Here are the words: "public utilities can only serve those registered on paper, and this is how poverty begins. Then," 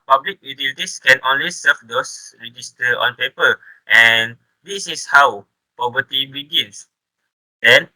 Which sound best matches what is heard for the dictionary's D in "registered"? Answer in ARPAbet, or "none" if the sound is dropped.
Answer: none